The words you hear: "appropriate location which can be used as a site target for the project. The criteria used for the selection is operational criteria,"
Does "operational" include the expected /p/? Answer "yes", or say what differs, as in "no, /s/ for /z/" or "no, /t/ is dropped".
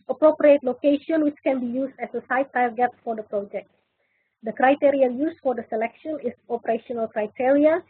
yes